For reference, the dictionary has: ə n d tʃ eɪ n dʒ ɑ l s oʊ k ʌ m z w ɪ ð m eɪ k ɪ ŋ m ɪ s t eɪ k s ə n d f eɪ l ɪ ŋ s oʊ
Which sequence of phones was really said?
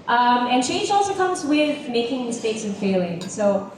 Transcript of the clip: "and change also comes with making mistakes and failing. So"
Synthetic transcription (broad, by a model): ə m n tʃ eɪ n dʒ ɑ l s oʊ k ʌ m z w ɪ ð m eɪ k ɪ ŋ m ɪ s t eɪ k s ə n f eɪ l ɪ ŋ s oʊ